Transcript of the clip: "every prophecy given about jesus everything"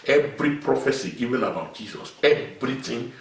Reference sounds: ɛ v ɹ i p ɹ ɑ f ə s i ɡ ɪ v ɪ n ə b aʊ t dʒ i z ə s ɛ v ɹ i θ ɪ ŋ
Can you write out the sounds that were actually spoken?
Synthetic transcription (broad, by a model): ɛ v ɹ i p ɹ ɑ f ə s i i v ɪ l ə b aʊ t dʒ i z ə s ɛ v ɹ i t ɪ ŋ